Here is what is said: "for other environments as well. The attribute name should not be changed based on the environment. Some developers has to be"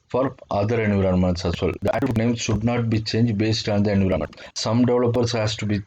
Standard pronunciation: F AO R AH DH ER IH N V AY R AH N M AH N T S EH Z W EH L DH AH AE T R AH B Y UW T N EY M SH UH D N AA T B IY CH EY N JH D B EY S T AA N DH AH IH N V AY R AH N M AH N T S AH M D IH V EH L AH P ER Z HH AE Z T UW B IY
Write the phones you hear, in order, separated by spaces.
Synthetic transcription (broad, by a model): F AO R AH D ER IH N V R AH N M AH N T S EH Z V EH L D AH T AH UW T N EY M SH UH D N AA T B IY CH EY N JH D B EY S T AA N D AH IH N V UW R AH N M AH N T S AH M D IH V L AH P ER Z HH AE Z T UW B IY